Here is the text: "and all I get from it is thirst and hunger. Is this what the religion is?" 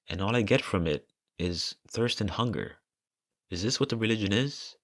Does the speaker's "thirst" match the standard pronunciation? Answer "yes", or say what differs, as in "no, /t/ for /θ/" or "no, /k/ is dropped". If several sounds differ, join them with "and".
yes